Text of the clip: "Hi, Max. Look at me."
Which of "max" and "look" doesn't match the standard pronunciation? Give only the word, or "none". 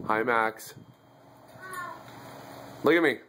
none